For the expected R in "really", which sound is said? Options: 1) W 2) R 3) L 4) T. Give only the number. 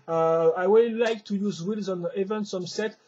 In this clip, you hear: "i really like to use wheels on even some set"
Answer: 1